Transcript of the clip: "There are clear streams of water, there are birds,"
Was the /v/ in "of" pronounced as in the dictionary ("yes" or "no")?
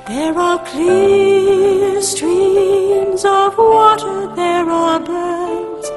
yes